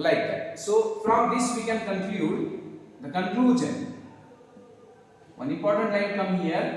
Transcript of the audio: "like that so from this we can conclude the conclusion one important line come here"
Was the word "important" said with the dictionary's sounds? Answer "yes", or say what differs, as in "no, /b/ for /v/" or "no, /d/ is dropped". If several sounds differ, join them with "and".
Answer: no, /m/ is dropped